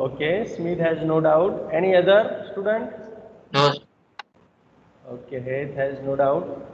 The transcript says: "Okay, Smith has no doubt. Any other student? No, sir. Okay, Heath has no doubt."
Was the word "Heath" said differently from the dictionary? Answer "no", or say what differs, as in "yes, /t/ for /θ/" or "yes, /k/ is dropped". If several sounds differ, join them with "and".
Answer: yes, /t/ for /θ/